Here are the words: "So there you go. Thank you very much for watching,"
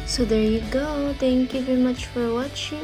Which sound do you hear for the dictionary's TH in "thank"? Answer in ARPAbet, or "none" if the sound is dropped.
T